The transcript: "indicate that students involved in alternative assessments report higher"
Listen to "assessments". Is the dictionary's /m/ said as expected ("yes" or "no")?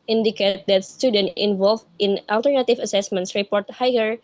yes